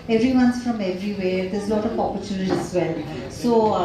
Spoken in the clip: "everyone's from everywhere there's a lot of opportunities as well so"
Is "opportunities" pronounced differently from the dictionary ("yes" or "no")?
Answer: yes